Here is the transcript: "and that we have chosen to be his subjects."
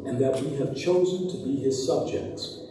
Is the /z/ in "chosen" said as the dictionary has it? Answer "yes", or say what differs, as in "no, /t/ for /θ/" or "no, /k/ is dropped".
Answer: yes